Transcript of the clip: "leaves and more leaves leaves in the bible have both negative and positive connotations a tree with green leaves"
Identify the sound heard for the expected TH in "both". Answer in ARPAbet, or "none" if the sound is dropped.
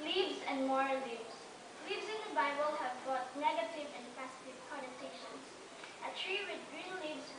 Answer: T